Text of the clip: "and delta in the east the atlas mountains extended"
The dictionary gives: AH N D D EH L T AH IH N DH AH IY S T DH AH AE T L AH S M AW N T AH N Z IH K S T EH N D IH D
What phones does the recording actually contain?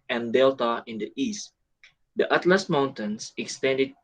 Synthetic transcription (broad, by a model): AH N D D EH L T AH IH N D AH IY S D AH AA T L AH S M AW N T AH N S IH K S T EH N D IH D